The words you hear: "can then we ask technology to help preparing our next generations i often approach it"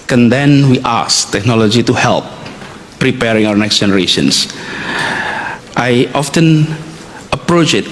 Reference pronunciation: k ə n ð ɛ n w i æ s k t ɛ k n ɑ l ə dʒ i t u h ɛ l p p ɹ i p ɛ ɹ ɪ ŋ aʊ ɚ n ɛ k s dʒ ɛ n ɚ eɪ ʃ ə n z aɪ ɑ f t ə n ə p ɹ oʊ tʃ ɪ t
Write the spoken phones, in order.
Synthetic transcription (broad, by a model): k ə n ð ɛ n w i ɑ s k t ɛ k n ɑ l ə dʒ i t u h ɛ l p p ɹ i p ɛ ɹ ɪ ŋ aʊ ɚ n ɛ k s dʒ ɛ n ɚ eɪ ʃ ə n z aɪ ɑ f t ə n ə p ɹ oʊ tʃ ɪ t